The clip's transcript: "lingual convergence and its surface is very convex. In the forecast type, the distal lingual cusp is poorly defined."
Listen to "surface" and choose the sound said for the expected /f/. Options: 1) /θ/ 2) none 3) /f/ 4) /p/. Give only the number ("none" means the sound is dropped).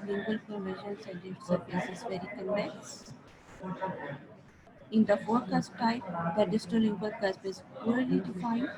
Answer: 4